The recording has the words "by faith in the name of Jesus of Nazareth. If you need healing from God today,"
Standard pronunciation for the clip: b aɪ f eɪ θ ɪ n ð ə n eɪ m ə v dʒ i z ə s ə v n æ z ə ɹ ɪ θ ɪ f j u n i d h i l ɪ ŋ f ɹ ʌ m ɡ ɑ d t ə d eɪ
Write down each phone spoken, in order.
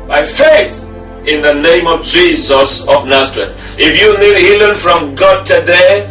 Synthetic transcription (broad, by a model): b aɪ f eɪ θ ɪ n ð ə n eɪ m ə v dʒ i z ə s ə v n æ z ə ɹ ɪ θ ɪ f j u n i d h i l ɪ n f ɹ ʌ m ɡ ɑ d t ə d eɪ